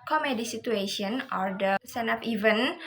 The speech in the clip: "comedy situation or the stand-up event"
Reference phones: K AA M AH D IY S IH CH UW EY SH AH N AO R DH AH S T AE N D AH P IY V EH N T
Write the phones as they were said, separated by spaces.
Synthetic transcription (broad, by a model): K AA M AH D IY S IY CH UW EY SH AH N AO R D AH S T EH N AH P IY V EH N